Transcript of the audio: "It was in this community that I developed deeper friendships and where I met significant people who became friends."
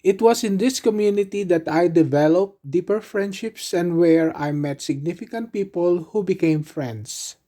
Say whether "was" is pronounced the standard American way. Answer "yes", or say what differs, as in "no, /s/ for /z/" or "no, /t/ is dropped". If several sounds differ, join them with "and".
no, /s/ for /z/